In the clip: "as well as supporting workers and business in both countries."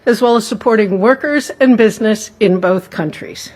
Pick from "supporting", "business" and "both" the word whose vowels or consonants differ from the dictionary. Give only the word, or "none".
none